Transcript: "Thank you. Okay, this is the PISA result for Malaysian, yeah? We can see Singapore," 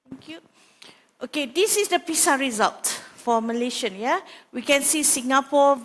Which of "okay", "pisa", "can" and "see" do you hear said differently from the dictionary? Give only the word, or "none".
none